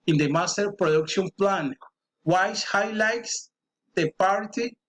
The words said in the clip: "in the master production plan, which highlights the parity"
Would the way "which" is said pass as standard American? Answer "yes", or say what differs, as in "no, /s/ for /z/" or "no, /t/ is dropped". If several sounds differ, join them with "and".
no, /s/ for /tʃ/